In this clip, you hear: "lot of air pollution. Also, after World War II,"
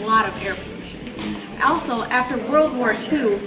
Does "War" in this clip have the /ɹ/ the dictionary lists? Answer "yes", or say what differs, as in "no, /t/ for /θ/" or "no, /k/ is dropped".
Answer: yes